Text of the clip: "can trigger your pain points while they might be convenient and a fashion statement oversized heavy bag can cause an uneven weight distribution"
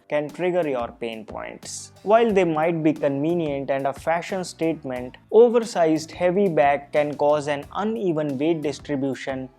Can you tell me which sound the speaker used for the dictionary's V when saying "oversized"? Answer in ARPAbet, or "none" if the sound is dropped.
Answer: V